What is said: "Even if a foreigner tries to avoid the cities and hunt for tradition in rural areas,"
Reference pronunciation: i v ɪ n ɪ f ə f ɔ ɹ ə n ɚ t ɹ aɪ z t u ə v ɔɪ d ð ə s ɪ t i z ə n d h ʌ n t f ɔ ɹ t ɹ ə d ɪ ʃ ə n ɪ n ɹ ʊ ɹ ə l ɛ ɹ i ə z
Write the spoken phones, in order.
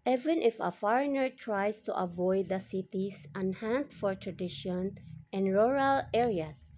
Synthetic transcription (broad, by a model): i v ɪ n ɪ f ə f ɔ ɹ ə n ɚ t ɹ aɪ s t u ə v ɔɪ d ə s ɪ t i s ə n h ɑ n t f ɔ ɹ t ɹ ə d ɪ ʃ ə n ɪ n ɹ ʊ ɹ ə l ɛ ɹ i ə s